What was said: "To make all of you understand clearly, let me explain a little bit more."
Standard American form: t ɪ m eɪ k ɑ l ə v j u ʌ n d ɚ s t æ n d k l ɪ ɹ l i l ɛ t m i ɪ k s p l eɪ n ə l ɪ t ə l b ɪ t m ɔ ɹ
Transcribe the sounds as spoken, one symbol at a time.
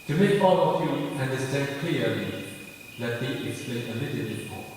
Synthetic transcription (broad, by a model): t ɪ m eɪ k ɑ l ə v j u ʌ n d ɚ s t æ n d k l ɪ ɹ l i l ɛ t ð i ɪ k s p l eɪ n ə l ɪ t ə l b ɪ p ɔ